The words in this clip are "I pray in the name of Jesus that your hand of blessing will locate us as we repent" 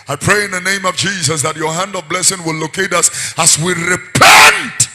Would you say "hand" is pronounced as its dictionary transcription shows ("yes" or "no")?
yes